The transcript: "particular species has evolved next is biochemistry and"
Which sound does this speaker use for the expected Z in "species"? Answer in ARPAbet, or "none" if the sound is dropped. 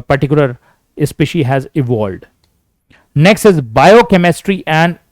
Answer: none